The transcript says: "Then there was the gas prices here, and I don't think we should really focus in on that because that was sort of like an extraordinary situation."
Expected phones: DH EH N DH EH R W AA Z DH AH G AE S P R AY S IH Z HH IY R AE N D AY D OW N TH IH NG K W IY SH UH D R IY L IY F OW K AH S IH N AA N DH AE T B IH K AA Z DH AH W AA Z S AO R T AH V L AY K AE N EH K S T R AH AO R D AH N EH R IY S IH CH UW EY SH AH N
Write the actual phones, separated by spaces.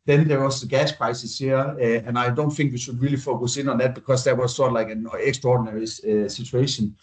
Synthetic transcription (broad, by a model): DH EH N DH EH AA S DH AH G AE S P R AY S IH S HH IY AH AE N AY D OW N TH IH NG K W IY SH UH D R IY L IY F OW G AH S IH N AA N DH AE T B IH K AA S DH AH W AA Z S AO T L AY K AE N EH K S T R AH AO D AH N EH R IY S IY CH UW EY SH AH N